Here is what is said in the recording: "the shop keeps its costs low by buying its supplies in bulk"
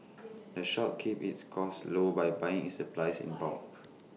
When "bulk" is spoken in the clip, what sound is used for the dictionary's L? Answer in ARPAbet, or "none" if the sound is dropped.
none